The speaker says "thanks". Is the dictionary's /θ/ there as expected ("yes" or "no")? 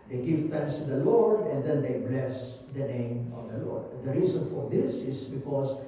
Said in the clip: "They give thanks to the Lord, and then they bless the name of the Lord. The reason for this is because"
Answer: no